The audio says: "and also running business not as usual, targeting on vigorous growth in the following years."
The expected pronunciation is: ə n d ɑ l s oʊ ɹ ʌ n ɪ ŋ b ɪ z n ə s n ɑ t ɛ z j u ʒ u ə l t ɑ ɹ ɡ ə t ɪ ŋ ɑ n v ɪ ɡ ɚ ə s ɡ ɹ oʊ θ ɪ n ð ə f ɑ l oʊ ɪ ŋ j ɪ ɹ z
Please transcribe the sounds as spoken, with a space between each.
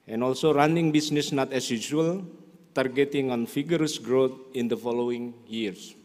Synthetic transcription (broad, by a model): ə n ɑ l s oʊ ɹ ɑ n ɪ ŋ b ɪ s n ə s n ɑ t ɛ s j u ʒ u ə l t ɑ ɹ ɡ ə t ɪ ŋ ɑ n f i ɡ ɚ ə s ɡ ɹ oʊ t ɪ n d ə f ɑ l oʊ ɪ ŋ j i ɹ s